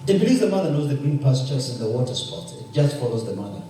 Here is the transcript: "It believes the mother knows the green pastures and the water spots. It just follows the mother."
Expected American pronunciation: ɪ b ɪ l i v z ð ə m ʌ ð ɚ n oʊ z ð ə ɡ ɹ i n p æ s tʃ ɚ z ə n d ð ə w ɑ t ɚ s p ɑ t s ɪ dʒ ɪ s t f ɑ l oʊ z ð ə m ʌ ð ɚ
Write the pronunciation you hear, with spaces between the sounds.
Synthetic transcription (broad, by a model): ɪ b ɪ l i z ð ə m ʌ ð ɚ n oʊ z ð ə ɡ ɹ i n p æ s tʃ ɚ s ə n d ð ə w ɑ t ɚ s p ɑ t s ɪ dʒ ɪ s t f ɑ l oʊ z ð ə m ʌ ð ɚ